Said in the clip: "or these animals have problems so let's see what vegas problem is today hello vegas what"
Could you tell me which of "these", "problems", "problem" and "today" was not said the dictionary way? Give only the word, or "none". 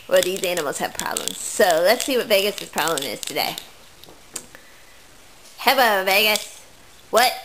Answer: none